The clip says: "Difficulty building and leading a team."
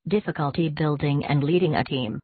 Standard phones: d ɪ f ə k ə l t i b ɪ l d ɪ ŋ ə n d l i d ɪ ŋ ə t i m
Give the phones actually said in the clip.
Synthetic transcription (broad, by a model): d ɪ f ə k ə l t i b ɪ l d ɪ ŋ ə n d l i d ɪ ŋ ə t i m